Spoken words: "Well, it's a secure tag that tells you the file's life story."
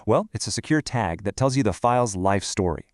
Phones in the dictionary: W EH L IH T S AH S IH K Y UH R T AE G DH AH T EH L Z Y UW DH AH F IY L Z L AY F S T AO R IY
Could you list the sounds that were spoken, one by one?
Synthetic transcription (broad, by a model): W EH L IH T S AH S IH K Y UH R T AE G DH AH T EH L Z Y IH DH AH F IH L Z L AY F S T AO R IY